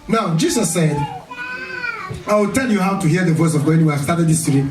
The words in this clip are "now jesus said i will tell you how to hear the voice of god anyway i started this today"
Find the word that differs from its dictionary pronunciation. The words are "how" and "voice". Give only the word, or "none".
none